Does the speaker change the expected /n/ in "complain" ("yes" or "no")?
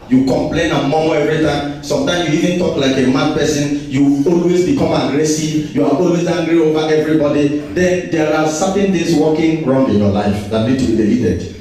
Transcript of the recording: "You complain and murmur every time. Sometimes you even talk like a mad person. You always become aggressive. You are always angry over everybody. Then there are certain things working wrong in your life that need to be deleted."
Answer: no